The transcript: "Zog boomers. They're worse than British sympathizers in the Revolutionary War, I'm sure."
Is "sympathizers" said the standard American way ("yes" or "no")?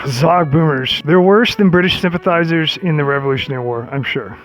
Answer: yes